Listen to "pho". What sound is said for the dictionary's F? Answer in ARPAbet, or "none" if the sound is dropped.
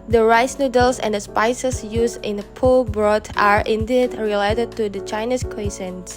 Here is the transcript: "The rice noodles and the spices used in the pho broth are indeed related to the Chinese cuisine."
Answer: P